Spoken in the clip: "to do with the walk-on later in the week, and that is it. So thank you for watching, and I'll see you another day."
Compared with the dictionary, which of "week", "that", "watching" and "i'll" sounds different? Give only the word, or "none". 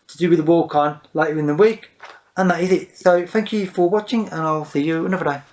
none